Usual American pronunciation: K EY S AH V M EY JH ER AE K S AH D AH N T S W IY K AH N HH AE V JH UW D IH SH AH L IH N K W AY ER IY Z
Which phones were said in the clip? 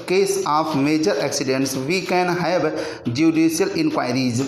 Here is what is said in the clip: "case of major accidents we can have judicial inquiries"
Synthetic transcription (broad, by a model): K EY S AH P M EY JH ER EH K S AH D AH N T S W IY K AH N HH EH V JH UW D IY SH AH L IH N K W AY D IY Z